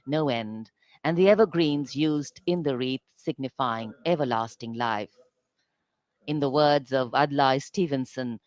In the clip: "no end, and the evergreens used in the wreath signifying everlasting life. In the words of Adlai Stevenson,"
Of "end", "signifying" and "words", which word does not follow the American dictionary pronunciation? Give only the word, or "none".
none